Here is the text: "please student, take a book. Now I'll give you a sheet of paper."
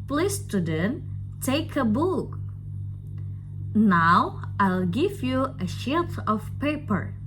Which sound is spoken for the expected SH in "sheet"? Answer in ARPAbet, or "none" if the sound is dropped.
SH